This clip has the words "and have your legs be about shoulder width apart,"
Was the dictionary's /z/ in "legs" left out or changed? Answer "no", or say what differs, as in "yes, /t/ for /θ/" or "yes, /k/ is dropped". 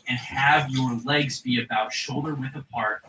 no